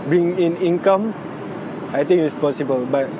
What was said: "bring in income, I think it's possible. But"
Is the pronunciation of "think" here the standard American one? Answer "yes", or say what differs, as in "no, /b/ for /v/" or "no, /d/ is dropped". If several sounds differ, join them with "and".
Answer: no, /t/ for /θ/